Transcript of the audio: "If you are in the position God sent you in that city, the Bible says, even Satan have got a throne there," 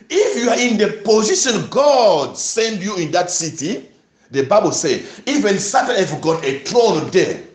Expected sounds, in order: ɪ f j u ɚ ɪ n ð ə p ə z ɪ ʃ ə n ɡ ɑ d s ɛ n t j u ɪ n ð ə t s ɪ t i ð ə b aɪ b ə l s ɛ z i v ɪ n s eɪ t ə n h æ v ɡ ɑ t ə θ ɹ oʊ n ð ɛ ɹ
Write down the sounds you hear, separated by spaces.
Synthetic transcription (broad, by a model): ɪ f j u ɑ ɪ n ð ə p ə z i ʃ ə n ɡ ɑ d s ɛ n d j u ɪ n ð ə t s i t i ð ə b aɪ b ə l s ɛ i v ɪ n s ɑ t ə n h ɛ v ɡ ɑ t ə t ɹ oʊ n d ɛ